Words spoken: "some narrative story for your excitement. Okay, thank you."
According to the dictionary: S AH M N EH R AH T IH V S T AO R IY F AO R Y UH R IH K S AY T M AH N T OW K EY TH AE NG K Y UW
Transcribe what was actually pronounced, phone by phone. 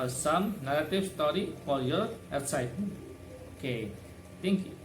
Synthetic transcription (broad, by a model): S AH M N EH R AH T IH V S T AO R IY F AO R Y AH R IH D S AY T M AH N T OW K EY T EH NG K Y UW